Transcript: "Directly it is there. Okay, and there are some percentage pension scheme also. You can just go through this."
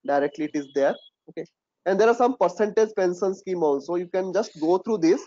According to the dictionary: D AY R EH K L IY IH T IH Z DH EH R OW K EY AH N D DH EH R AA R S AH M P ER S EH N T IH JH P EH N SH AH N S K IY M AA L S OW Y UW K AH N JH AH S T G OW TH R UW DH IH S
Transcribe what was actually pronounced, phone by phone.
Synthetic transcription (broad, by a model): D AY R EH K L IY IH T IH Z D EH R OW K EY AH N D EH R AA R S AH M P ER S EH N T IH JH P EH N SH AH N S K IY M AA L S OW Y UW K AH N JH AH S T G OW T R UW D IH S